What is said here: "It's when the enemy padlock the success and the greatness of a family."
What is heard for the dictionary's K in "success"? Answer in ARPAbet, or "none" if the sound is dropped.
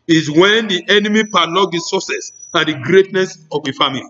none